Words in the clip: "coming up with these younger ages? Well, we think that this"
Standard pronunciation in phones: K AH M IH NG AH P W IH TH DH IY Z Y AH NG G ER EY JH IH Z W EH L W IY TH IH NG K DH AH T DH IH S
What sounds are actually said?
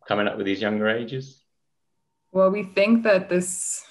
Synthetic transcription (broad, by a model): K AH M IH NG AH P W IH DH IY Z Y AH NG G ER EY JH IH Z W EH L W IY TH IH NG K DH AH T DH IH S